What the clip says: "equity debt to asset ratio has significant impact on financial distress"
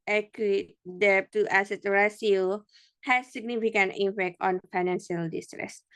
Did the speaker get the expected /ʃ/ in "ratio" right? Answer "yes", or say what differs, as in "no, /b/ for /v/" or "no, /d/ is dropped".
no, /s/ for /ʃ/